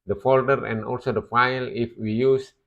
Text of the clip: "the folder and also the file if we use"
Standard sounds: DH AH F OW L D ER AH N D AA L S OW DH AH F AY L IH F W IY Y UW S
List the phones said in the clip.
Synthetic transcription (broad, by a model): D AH F OW L D ER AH N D AA L S OW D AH F AY L IH F W IY Y UW S